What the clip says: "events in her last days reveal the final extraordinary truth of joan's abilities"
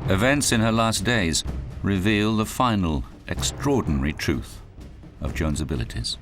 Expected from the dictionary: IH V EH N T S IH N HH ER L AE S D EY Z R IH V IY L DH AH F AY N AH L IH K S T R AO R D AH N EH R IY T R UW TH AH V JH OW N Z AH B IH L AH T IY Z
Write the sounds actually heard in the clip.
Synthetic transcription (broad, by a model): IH V EH N T S IH N ER L AE S D EY Z R IH V IY L DH AH F AY N L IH K S T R AO R D N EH R IY T R UW TH AH V JH OW N Z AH B IH L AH T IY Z